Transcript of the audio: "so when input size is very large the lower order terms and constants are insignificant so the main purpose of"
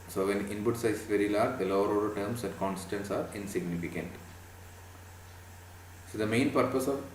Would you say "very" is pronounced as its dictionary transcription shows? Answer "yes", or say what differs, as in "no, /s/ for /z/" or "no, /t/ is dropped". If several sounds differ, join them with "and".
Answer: yes